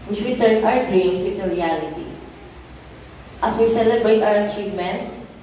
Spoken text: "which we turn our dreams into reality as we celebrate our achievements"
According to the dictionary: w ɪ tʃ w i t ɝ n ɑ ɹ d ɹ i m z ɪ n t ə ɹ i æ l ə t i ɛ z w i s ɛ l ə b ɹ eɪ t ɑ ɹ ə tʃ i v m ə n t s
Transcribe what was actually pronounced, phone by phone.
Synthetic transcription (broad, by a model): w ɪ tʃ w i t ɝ ɑ ɹ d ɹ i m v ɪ t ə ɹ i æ l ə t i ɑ s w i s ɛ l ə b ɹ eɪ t ɑ ɹ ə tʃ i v m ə n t s